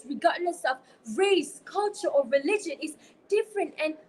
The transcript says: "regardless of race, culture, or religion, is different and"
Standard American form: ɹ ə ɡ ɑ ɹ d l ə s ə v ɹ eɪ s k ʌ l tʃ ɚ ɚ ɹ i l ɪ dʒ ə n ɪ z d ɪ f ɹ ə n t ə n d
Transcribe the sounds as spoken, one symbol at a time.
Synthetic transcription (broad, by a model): ɹ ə ɡ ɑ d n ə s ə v ɹ eɪ s k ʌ l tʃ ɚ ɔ ɹ i l ɪ dʒ ə n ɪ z d ɪ f ɹ ə n t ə n